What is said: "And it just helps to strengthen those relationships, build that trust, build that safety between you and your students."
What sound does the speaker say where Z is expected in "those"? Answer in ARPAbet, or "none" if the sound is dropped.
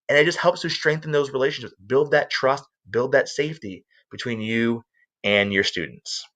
Z